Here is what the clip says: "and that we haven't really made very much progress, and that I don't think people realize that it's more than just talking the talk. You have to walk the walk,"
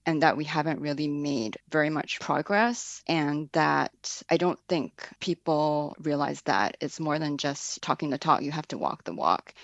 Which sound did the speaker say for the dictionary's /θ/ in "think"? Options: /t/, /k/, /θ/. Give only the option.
/θ/